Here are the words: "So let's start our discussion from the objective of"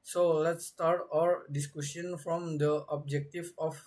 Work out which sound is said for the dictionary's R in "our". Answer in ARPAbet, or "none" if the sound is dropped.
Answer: R